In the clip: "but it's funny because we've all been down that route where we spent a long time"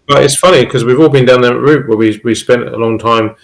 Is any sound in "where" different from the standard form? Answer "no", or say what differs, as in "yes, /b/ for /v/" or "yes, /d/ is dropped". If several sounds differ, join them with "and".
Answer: yes, /w/ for /ɹ/